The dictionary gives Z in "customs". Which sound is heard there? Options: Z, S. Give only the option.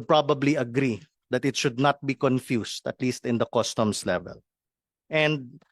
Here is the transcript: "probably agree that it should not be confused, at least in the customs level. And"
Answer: S